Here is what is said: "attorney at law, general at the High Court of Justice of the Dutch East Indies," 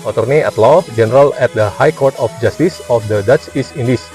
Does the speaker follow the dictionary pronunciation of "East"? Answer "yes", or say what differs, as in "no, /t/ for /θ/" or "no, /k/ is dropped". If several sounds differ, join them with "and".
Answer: no, /t/ is dropped